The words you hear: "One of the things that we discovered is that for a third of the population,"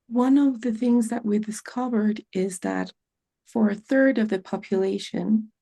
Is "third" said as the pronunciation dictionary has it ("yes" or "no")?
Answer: yes